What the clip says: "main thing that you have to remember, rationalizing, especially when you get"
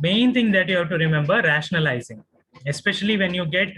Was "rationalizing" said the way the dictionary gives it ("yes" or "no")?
yes